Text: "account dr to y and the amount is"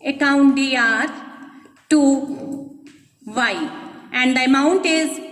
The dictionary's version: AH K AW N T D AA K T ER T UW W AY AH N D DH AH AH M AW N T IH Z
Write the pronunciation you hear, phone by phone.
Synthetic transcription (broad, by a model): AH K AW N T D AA T T UW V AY AH N D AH AH M AW N T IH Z